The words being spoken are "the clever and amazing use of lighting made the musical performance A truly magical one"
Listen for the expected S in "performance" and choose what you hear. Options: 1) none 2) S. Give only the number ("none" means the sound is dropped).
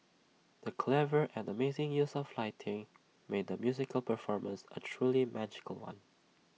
2